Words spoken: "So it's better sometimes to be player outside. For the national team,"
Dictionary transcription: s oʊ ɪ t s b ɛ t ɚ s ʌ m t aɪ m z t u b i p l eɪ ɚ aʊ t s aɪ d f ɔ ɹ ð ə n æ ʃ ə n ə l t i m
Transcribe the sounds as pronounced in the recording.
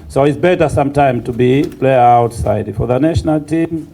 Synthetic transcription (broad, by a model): s oʊ ɪ t s b ɛ t ɚ s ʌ m t aɪ m t u b i p l eɪ ɚ aʊ t s aɪ d f ɔ ɹ ð ə n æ ʃ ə n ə l t i m